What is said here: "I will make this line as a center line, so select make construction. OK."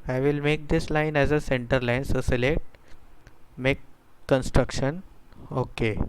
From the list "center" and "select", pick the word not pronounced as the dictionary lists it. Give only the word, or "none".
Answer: select